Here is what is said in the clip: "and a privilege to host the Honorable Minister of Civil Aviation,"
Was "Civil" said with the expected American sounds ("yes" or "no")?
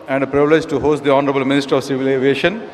yes